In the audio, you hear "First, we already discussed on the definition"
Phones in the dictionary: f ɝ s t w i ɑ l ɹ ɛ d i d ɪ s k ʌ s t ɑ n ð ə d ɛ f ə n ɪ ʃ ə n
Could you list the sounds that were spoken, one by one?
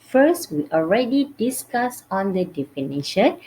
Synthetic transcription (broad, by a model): f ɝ s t w i ɑ l ɹ ɛ d i d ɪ s k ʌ s ɑ n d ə d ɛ f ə n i ʃ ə n